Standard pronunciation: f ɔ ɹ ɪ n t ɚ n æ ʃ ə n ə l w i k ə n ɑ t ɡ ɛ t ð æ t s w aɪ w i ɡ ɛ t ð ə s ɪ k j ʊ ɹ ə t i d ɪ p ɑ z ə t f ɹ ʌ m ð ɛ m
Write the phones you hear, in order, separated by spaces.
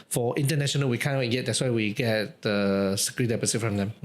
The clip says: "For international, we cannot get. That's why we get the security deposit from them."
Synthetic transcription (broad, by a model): f ɔ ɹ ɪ n t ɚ n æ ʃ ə n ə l w i k ə n ɑ t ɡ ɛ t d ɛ t s w aɪ w i ɡ ɛ t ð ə s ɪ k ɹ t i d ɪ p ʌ s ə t f ɹ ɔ m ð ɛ m